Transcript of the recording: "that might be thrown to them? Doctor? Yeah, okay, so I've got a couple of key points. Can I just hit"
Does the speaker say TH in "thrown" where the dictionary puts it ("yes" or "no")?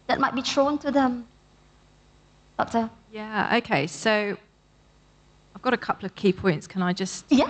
no